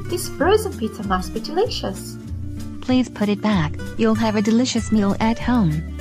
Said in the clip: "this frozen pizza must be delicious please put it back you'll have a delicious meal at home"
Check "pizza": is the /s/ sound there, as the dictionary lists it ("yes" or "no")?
no